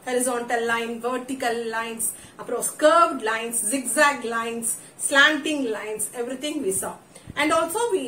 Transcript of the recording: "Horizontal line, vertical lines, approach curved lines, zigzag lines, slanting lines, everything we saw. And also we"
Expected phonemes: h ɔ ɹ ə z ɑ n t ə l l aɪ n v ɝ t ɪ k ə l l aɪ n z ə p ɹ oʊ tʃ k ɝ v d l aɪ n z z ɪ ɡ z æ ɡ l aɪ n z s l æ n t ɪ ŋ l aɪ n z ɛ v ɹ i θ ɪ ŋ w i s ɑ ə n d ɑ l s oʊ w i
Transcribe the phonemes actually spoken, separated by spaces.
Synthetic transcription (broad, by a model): h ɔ ɹ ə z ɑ n t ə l l aɪ n v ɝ t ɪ k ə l l aɪ n s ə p ɹ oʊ s k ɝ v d l aɪ n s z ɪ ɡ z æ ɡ l aɪ n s l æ n t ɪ ŋ l aɪ n s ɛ v ɹ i t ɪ ŋ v i s ɑ ə n d ɑ l s oʊ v i